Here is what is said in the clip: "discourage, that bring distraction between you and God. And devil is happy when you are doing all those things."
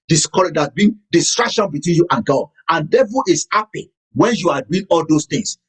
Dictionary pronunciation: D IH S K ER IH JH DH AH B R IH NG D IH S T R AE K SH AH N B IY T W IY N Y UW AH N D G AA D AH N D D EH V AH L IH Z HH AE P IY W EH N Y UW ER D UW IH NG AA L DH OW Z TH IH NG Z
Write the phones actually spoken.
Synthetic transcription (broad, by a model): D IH S K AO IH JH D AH B IY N D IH S T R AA K SH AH N B IY T W IY N Y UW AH N G AA D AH N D D EH V AH L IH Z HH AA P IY W EH N Y UW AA D UW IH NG AA L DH OW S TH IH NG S